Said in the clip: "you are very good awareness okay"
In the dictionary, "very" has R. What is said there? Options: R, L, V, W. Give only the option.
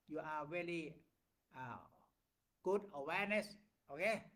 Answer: L